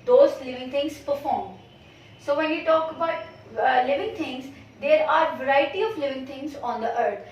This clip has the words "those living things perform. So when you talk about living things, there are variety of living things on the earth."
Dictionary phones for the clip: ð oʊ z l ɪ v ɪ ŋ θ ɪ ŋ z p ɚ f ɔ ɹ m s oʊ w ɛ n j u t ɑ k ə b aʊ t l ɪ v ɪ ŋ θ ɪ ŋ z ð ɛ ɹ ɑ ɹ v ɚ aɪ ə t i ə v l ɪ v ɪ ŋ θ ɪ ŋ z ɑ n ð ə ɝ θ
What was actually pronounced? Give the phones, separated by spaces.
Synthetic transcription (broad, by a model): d oʊ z l ɪ v ɪ ŋ t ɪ ŋ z p ɚ f ɔ ɹ m s oʊ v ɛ n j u t ɑ k ə b aʊ t l ɪ v ɪ ŋ t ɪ ŋ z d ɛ ɹ ɑ ɹ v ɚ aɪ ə t i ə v l ɪ v ɪ ŋ t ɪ ŋ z ɑ n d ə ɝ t